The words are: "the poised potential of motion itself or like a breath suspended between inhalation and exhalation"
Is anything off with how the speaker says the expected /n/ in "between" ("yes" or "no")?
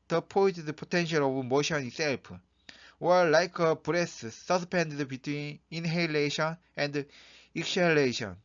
no